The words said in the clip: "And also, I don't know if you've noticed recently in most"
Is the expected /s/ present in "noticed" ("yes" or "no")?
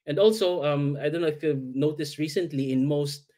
yes